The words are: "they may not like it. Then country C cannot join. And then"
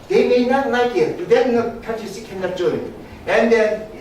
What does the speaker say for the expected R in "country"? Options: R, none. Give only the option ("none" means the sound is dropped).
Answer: none